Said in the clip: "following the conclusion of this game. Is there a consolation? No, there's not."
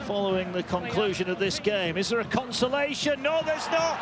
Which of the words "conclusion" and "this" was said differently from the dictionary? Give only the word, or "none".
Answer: none